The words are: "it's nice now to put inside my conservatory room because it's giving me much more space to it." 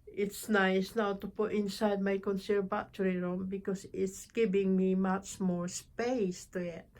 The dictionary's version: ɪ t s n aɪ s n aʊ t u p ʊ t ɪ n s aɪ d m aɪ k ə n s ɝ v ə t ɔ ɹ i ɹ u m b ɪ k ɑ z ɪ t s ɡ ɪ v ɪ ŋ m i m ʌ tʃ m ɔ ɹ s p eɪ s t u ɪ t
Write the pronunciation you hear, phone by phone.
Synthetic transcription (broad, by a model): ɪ t s n aɪ s n aʊ t u p ʊ t ɪ n s aɪ d m aɪ k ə n s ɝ b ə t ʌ ɹ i ɹ u m b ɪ k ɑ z ɪ t s ɡ ɪ v ɪ ŋ m i m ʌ tʃ m ɔ ɹ s p eɪ s t u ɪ t